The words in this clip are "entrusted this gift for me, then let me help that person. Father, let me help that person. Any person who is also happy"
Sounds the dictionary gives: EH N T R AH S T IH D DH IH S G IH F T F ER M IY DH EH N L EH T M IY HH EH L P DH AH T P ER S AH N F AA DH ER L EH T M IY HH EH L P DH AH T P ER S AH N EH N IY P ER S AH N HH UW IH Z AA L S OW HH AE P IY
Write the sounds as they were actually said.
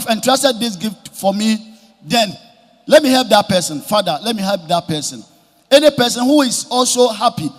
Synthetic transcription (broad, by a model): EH N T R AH S T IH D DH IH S G IH F T F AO M IY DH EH N L EH T M IY HH EH L P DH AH T P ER S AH N F AA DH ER L EH T M IY HH EH L P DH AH T P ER S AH N EH N IY P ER S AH N HH UW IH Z AA L S OW HH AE P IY